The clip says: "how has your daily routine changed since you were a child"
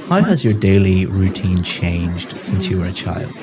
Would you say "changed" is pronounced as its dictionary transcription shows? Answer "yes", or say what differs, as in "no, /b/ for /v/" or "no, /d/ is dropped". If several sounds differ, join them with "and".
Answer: yes